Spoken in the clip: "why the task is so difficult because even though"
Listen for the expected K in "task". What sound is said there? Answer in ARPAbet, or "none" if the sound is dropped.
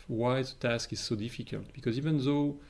K